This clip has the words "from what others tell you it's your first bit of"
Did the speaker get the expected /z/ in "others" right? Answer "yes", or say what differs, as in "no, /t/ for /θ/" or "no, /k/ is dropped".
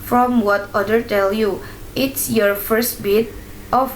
no, /z/ is dropped